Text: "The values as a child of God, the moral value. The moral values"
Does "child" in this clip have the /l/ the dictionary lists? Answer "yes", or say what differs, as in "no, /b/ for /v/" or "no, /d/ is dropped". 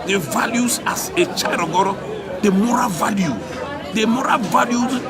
no, /l/ is dropped